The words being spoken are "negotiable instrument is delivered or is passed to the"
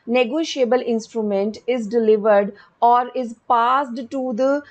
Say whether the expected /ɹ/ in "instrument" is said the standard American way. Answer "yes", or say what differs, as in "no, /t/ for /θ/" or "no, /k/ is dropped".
yes